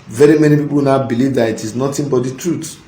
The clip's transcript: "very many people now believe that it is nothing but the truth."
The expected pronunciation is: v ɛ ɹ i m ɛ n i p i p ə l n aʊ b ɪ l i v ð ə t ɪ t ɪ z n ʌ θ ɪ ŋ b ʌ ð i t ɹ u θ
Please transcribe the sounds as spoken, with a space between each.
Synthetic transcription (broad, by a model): v ɛ ɹ i m ɛ n i p i p ə l n aʊ b ɪ l i v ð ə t ɪ t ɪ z n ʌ t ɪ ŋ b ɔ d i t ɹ u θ